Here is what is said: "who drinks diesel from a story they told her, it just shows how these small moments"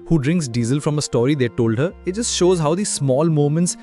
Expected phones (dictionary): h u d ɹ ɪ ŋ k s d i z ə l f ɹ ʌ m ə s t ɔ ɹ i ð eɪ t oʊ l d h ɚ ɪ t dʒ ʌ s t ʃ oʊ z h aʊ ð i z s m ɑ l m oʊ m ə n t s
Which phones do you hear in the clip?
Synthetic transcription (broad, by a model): h u d ɹ ɪ ŋ k s d i z ə l f ɹ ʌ m ə s t ɔ ɹ i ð eɪ t oʊ l d h ɚ ɪ t dʒ ʌ s t ʃ oʊ z h aʊ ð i s m ɑ l m oʊ m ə n t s